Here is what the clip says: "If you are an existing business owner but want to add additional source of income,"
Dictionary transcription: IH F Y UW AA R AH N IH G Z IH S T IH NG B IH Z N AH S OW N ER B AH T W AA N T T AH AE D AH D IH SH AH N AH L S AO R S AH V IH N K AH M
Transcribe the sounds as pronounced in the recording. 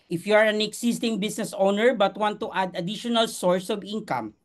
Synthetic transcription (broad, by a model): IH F Y UW AA R AH N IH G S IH S T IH NG B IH S N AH S OW N ER B AH T W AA N T T AH D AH D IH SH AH N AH L S AO R S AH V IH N K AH M